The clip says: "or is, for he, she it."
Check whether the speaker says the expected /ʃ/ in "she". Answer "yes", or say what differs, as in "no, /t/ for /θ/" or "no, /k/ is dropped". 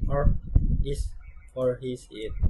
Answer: no, /s/ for /ʃ/